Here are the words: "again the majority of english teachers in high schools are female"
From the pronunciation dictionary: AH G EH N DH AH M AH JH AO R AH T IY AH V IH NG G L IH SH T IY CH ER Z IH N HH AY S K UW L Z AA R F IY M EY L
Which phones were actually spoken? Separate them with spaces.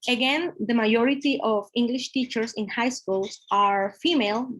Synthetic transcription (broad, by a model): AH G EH N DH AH M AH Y AO R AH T IY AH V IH NG G L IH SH T IY CH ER S IH N HH AY S K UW L S AA R F IY M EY L